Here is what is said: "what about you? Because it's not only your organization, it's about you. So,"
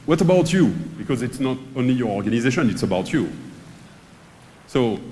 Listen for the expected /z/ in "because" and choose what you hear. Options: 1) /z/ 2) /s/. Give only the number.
1